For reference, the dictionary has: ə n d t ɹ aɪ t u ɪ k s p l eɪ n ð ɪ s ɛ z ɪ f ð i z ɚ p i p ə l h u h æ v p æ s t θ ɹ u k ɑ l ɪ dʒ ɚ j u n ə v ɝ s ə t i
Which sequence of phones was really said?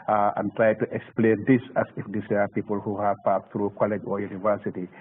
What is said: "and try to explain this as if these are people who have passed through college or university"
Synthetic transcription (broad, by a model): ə n t ɹ aɪ t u ɪ k s p l eɪ n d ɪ s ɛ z ɪ f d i s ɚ p i p ə l h u h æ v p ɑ t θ ɹ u k ɑ l ɪ dʒ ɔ j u n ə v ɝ s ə t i